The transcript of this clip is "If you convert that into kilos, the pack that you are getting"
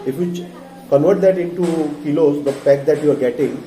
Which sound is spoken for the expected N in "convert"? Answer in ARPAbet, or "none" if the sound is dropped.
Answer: N